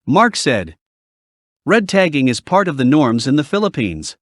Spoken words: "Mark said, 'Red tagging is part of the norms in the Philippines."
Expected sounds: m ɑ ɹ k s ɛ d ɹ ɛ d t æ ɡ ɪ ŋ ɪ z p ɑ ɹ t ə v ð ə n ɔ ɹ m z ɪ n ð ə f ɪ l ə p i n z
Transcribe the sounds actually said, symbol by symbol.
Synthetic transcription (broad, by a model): m ɑ ɹ k s ɛ d ɹ ɛ d t æ ɡ ɪ ŋ ɪ z p ɑ ɹ t ə v ð ə n ɔ ɹ m z ɪ n ð ə f ɪ l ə p i n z